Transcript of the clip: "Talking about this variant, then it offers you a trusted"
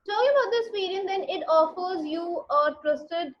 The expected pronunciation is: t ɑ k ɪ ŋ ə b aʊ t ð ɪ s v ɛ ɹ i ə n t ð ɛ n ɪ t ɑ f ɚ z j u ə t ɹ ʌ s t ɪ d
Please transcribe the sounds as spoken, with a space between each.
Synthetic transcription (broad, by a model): t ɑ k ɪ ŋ ə b aʊ t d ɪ s p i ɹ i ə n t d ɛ n ɪ t ɑ f ɚ z j u ə t ɹ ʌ s t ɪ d